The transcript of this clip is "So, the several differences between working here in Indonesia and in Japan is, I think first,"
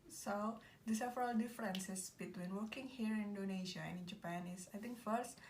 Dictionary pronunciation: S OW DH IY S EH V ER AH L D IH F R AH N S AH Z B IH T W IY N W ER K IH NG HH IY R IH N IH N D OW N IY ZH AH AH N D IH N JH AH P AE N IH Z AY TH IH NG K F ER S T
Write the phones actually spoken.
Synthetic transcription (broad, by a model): S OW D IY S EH F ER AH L D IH F R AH N S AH S B IH T W IY N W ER K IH NG HH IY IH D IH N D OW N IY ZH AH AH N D IH N JH AH P AE N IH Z AY T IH NG K F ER S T